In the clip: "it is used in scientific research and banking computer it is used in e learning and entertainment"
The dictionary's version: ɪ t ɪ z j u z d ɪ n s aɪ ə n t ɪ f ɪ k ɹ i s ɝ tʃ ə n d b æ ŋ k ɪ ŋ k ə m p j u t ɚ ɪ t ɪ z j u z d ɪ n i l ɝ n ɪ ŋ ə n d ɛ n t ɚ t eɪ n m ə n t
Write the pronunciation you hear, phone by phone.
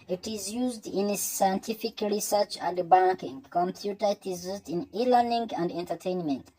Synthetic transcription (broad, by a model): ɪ t ɪ z j u z d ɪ n s aɪ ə n t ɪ f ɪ k ɹ i s ɝ tʃ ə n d b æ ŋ k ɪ ŋ k ə m p j u t ɚ ɪ t ɪ z j u z d ɪ n i l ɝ n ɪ ŋ ə n d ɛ n t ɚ t eɪ n m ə n t